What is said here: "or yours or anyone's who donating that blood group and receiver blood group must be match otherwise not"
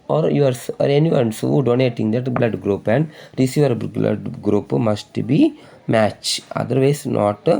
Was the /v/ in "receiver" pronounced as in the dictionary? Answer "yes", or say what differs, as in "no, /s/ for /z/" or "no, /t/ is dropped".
yes